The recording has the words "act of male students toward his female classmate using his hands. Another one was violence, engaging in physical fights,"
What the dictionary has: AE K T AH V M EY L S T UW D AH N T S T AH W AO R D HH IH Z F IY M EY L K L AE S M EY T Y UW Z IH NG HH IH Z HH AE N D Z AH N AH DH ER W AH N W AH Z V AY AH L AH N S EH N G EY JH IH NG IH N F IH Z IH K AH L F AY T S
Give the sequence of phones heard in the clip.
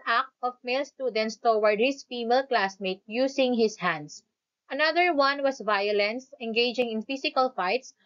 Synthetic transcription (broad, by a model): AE K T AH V M EY L S T UW D AH N T S T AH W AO R D HH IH S F IY M EY L K L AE S M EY T Y UW S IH NG HH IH S HH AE N D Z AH N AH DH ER W AH N W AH S V AY AH L AH N S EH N G EY JH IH NG IH N F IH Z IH K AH L F AY T S